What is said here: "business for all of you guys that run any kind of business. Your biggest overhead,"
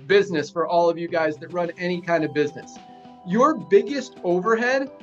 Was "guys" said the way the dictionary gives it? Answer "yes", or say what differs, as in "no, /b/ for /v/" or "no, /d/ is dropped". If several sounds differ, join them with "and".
yes